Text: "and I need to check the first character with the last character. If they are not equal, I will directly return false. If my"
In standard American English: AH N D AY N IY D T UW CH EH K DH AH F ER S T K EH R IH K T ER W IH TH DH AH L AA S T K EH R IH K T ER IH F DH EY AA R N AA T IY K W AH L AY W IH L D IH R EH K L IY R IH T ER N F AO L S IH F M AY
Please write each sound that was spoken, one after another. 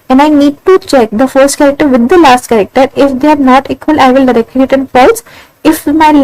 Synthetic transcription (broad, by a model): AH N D AY N IY D T UW CH EH K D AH F ER S T K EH R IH K T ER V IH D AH L AA S T K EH R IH K T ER IH F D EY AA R N AA T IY K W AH L AY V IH L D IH R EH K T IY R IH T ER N P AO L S IH F M AY